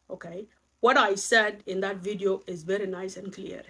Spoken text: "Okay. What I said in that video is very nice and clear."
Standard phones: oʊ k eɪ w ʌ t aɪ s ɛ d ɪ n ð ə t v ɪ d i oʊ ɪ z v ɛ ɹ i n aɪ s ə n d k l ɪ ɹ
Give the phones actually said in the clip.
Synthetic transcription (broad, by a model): oʊ k eɪ w ʌ t aɪ s ɛ d ɪ n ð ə t v ɪ d i oʊ ɪ z v ɛ ɹ i n aɪ s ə n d k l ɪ ɹ